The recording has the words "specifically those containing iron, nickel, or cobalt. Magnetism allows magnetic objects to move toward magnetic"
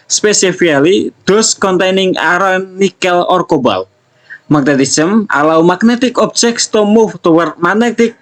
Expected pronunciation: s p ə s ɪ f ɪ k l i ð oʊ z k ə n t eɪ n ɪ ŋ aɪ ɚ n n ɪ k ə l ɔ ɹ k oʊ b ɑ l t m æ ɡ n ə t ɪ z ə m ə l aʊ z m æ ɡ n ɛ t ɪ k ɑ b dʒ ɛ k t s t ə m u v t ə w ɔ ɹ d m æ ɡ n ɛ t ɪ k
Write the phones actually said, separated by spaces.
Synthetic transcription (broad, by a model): s p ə s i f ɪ k l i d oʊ s k ə n t eɪ n ɪ ŋ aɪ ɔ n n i k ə l ɔ ɹ k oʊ b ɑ l m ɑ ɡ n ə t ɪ s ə m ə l aʊ m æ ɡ n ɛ t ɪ k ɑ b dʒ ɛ k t s t ə m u f t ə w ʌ ɹ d m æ n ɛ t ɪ k